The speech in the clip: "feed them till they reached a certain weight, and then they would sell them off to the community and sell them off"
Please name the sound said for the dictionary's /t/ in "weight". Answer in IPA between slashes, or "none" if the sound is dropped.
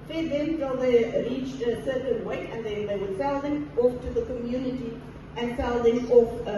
none